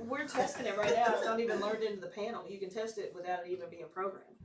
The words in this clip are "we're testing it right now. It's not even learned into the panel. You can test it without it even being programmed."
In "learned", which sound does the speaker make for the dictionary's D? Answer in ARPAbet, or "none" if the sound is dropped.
D